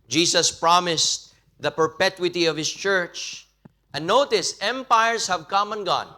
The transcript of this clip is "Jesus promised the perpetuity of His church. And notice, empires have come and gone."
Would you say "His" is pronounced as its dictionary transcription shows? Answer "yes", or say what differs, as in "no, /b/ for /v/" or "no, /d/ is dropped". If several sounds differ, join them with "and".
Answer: no, /s/ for /z/